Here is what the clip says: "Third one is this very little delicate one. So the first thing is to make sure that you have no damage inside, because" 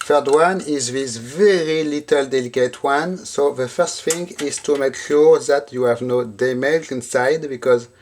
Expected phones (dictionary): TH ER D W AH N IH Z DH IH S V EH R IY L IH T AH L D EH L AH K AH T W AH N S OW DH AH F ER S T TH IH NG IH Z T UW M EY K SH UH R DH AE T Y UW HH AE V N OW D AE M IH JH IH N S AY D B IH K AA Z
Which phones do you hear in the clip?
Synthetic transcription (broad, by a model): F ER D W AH N IH Z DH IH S V EH R IY L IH T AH L D EH L AH K AH T W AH N S OW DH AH F ER S T F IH NG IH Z T UW M EY K SH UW R DH AE T Y UW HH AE V N OW D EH M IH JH IH N S AY D B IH K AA Z